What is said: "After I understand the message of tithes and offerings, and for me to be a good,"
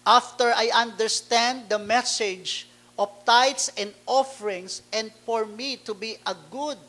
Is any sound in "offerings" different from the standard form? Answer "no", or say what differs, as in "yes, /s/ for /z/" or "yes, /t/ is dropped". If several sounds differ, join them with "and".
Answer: yes, /s/ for /z/